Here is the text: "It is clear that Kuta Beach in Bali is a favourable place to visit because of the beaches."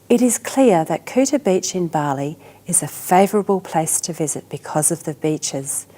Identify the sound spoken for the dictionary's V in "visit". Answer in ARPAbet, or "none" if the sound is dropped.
V